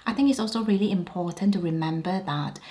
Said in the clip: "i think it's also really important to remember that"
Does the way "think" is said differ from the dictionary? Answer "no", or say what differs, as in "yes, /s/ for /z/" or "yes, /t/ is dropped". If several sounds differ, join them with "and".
no